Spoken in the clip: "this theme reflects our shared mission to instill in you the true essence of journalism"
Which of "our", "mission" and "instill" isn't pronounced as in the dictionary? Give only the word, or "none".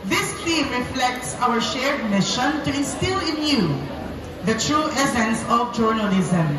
instill